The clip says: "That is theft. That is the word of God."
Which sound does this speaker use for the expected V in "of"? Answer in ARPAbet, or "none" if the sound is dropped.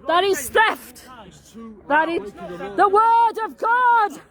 V